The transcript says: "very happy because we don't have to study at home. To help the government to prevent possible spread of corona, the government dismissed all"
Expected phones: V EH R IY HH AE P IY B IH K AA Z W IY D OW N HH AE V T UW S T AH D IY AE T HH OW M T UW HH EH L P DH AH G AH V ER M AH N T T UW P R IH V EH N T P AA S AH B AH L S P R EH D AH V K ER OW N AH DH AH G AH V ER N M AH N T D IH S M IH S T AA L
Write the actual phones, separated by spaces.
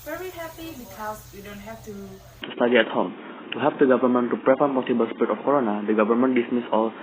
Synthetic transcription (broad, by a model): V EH R IY HH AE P IY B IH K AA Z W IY D OW N HH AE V T UW S T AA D IY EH T HH OW M T UW HH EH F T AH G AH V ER M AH N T T UW P R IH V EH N P AA S AH B AH L S P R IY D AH F K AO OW N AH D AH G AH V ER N M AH N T D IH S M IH S AA L